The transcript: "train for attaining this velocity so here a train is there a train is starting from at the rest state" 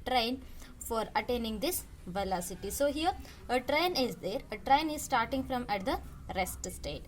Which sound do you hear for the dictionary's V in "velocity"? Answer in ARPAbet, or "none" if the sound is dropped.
V